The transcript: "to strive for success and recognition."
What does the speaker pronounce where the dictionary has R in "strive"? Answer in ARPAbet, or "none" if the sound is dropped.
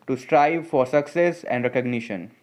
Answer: R